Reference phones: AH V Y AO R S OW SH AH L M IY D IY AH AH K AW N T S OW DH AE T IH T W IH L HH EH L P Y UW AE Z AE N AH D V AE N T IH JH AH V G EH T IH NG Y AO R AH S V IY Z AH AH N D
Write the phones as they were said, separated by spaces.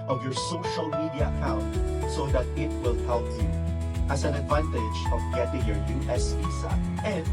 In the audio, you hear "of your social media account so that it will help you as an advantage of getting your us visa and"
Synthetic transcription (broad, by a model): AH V Y AO R S OW SH AH L M IY D IY AH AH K AW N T S OW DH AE T IH T W IH L HH EH L P Y UW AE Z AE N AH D V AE N T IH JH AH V G EH T IH NG Y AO R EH S P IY S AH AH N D